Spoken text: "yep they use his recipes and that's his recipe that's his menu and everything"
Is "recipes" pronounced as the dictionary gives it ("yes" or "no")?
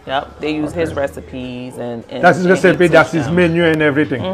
yes